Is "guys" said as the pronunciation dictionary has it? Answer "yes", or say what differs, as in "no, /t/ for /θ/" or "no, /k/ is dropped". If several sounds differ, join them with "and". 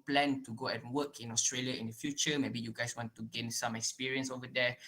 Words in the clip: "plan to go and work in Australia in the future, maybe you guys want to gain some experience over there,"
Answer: no, /s/ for /z/